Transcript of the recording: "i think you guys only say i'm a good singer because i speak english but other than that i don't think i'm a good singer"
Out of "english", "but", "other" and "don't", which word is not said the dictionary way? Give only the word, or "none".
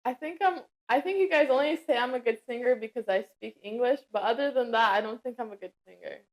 none